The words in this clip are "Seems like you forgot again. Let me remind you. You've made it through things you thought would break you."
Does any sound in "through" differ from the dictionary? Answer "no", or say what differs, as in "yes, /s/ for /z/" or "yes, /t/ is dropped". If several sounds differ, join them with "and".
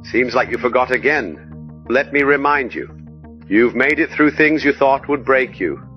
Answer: no